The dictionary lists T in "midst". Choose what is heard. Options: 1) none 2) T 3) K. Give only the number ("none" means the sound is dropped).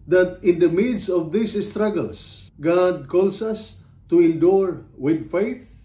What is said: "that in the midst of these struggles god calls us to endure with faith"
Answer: 1